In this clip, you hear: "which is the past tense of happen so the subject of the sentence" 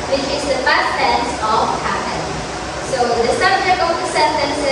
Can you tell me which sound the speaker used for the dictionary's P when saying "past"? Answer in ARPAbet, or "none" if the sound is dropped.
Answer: F